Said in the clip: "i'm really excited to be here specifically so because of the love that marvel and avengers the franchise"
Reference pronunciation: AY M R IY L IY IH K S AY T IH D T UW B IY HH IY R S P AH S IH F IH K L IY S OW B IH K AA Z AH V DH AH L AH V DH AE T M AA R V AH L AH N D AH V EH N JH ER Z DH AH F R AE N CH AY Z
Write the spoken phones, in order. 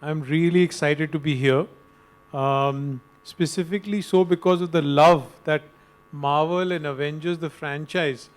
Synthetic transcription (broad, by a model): AY M R IY L IY IH K S AY T IH D T UW B IY HH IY R S P AH S IH F IH K L IY S OW B IH K AA Z AH V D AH L AH V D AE T M AA R V AH L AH N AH V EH N JH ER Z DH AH F R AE N CH AY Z